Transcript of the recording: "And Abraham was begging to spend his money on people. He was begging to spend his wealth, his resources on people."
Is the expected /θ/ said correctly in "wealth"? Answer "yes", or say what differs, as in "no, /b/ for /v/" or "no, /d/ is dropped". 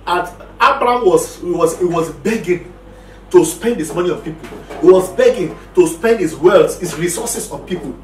no, /s/ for /θ/